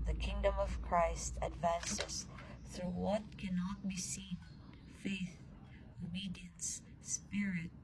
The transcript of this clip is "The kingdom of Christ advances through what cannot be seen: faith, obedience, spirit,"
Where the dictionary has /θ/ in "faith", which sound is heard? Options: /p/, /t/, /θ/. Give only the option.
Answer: /θ/